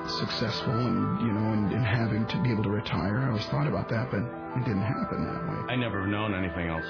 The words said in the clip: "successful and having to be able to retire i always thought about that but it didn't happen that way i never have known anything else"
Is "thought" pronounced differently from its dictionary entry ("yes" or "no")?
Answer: no